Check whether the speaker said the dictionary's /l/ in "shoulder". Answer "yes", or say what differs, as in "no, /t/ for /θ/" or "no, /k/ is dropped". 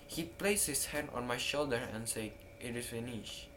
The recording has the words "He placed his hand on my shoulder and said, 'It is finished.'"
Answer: yes